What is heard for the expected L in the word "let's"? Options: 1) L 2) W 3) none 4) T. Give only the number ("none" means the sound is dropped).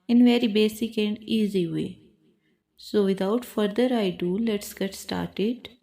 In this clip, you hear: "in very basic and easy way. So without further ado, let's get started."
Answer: 1